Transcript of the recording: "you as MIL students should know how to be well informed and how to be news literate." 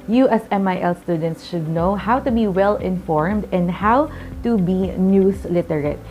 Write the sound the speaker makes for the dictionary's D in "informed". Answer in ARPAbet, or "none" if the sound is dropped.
D